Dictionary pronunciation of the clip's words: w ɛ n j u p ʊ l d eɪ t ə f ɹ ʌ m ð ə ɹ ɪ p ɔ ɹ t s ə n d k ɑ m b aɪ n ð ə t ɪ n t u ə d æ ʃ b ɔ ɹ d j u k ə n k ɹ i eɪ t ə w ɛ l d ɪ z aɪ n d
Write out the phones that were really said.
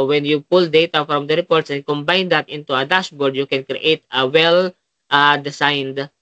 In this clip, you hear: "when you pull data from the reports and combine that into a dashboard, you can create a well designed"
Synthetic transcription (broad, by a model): w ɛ n j u p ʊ l d eɪ t ə f ɹ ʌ m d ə ɹ ɪ p ɔ ɹ t s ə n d k ɑ m b aɪ n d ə t ɪ n t u ə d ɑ s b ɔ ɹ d j u k ə n k ɹ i eɪ t ə w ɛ l d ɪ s aɪ n d